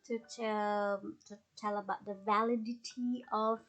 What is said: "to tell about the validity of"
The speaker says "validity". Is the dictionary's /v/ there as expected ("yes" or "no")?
yes